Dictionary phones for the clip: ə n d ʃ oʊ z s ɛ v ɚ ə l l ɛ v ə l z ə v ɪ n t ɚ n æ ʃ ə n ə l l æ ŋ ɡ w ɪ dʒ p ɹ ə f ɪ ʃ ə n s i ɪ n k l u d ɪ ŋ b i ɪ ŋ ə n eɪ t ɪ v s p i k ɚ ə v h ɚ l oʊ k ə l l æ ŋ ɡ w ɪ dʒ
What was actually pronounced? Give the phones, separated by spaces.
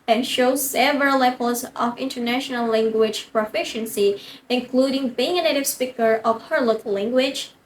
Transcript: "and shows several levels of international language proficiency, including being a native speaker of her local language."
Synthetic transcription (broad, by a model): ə n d ʃ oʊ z s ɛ v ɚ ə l l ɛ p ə l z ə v ɪ n t ɚ n æ ʃ ə n ə l l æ ŋ ɡ w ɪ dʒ p ɹ ə f ɪ ʃ ə n s i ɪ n k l u d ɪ ŋ b i ɪ ŋ ə n eɪ t ɪ v s p i k ɚ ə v h ɚ l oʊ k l l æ ŋ ɡ w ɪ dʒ